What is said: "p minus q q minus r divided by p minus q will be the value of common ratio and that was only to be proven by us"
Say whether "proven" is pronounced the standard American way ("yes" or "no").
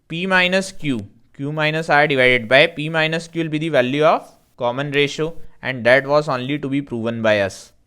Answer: yes